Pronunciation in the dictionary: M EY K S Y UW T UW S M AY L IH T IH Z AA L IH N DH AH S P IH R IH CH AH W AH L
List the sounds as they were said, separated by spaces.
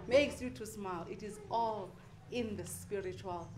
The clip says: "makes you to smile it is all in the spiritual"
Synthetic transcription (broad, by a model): M EY K S Y UW T UW S M AY L IH T IH Z AA L IH N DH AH S P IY R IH CH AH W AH L